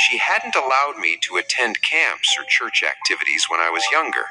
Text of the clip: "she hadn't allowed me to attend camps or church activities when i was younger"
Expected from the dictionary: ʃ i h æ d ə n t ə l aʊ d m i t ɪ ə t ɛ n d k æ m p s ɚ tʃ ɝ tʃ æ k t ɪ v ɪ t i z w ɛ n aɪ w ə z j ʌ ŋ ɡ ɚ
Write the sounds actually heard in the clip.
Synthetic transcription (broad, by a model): ʃ i h æ d n t ə l aʊ d m i t ɪ ə t ɛ n d k æ m p s ɚ tʃ ɝ tʃ æ k t ɪ v ɪ t i z w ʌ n aɪ w ə z j ʌ ŋ ɡ ɚ